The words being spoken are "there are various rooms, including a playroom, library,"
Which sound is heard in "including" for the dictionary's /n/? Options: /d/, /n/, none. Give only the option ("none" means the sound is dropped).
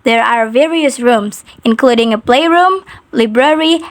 /n/